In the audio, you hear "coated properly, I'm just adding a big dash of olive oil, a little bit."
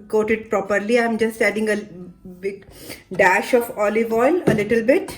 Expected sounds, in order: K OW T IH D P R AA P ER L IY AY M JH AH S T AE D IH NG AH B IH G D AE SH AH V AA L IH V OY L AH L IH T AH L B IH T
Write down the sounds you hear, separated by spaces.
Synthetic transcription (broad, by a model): K OW T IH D P R AA P ER L IY AY M JH AH S T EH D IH NG AH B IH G D AE SH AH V AA L IH V OY L AH L IH T AH L B IH T